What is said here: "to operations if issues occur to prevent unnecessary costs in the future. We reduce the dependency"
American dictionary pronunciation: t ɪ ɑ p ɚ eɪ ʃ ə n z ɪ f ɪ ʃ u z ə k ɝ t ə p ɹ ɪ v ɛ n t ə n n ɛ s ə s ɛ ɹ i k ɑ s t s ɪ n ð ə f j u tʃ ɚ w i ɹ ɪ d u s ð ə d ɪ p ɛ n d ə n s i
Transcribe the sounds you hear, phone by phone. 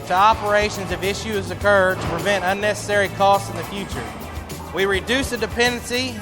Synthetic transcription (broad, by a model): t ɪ ɑ p ɚ eɪ ʃ ə n z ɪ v ɪ ʃ u z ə k ɝ t ə p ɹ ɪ v ɛ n t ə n n ɛ s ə s ɛ ɹ i k ɑ s t s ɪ n ð ə f j u tʃ ɚ w i ɹ ɪ d u s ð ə d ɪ p ɛ n d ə n s i